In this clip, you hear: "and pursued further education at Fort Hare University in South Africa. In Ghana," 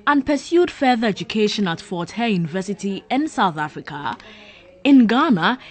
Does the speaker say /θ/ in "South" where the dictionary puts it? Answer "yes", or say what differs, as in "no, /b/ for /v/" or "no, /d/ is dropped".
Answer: yes